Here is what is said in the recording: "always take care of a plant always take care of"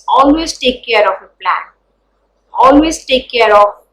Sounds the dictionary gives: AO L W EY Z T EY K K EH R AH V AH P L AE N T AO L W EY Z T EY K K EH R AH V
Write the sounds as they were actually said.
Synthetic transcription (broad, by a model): AO L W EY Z T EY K K EH R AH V AH P L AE N AO L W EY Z T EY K K EH R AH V